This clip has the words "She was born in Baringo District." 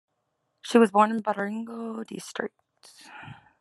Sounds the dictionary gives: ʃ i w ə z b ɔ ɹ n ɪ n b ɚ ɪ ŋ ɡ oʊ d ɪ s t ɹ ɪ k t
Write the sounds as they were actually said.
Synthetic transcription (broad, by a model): ʃ i w ə z b ɔ ɹ n ɪ n b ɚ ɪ ŋ ɡ oʊ d ɪ s t ɹ ɪ k t